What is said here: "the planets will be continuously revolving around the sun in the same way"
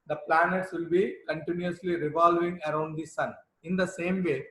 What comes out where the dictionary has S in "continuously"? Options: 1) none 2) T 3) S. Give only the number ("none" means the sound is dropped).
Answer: 3